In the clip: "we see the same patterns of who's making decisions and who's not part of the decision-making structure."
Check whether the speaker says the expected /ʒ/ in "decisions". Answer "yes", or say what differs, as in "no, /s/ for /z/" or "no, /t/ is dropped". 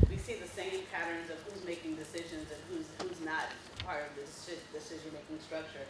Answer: yes